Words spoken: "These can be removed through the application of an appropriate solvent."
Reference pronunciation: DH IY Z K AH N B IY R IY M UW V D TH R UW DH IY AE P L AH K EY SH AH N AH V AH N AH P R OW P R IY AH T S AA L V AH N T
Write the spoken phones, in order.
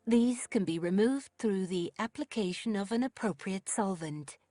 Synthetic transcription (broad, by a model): DH IY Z K AH N B IY R IY M UW V D TH R UW DH IY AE P L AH K EY SH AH N AH V AH N AH P R OW P R IY AH T S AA L V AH N T